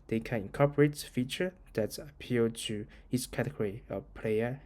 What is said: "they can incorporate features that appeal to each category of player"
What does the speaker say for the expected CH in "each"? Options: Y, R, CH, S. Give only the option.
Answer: S